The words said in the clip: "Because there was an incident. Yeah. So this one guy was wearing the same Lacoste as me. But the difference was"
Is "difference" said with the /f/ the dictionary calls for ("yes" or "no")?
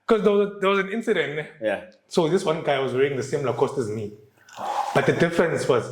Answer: yes